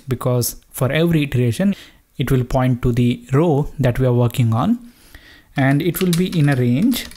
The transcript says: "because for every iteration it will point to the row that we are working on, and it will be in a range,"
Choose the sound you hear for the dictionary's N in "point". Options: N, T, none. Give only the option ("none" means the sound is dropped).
N